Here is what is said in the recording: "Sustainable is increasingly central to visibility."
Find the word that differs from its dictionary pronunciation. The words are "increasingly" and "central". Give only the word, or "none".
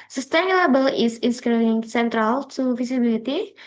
increasingly